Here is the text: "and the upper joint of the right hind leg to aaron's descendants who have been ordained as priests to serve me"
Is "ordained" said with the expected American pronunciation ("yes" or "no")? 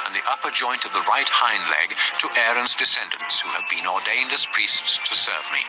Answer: yes